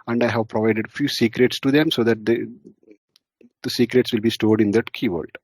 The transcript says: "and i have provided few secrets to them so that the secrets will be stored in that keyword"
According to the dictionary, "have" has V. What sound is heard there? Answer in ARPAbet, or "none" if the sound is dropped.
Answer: V